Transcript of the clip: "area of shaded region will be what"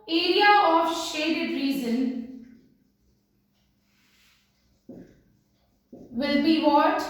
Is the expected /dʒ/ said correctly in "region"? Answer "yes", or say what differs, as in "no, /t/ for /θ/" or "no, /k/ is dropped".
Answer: no, /z/ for /dʒ/